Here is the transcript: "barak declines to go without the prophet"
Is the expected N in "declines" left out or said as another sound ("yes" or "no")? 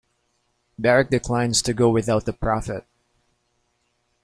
no